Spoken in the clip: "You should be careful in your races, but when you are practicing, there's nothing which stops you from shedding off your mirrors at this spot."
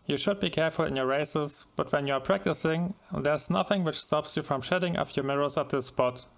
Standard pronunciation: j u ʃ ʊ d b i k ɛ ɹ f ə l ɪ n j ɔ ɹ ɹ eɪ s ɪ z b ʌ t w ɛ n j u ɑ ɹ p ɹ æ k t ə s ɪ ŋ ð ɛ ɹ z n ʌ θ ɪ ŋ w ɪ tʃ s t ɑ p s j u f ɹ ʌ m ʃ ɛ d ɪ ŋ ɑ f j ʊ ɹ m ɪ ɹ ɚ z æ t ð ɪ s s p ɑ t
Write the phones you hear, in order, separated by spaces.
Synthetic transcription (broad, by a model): j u ʃ ʊ d b i k ɛ ɹ f ə l ɪ n j ɔ ɹ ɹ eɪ s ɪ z b ʌ t w ɛ n j u ɑ ɹ p ɹ æ k t ə s ɪ ŋ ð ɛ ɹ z n ʌ θ ɪ ŋ w ɪ tʃ s t ɑ p s j u f ɹ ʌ m ʃ ɛ d ɪ ŋ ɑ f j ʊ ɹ m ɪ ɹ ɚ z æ t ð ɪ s s p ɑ t